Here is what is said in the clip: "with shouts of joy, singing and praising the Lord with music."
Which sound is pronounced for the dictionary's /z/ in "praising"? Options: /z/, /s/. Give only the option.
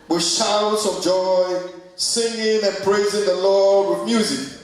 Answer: /z/